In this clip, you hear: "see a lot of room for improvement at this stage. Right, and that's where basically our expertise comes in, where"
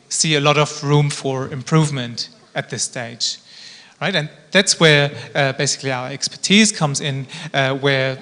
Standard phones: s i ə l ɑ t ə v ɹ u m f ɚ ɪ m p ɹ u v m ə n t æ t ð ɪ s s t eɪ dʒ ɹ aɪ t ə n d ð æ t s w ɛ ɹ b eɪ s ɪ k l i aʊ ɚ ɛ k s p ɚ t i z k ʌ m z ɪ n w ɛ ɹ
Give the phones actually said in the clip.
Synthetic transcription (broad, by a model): s i ə l ɑ t ə v ɹ u m f ɚ ɪ m p ɹ u v m ə n t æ t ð ɪ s s t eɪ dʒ ɹ aɪ t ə n ð æ t s w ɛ ɹ b eɪ s ɪ k l i aʊ ɚ ɛ k s p ɚ t i z k ʌ m z ɪ n w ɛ ɹ